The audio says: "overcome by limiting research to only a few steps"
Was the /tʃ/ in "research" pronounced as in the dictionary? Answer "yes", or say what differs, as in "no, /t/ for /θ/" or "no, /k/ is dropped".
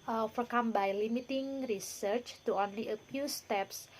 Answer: yes